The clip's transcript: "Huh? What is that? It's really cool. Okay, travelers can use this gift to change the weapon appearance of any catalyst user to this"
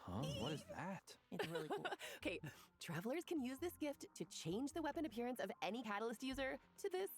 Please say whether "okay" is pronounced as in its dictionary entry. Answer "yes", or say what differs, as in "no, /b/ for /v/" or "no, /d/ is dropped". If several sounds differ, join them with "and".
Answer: yes